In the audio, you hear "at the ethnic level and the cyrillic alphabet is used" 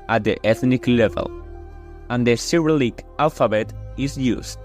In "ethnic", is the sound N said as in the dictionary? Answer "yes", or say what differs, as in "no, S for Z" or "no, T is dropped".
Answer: yes